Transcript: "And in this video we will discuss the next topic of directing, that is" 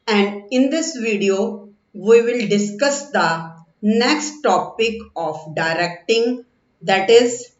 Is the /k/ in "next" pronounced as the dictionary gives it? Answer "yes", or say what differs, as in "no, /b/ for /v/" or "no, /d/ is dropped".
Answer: yes